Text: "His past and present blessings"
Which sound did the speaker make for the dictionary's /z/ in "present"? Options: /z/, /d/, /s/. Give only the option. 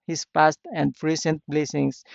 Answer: /s/